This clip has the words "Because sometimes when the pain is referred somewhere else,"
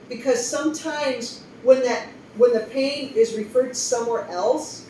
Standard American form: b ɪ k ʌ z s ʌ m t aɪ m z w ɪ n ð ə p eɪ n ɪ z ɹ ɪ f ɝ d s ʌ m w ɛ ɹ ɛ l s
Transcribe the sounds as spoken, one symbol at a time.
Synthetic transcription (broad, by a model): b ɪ k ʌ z s ʌ m t aɪ m z w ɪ n ð ə p eɪ n ɪ z ɹ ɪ f ɝ d s ʌ m w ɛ ɹ ɛ l s